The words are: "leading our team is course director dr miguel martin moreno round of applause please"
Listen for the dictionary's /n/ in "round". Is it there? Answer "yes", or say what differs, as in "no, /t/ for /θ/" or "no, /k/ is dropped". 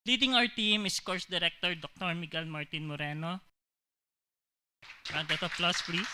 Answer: no, /n/ is dropped